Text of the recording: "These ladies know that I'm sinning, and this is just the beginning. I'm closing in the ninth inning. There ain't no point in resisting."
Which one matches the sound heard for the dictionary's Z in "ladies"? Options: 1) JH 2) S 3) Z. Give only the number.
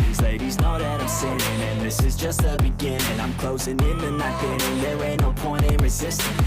3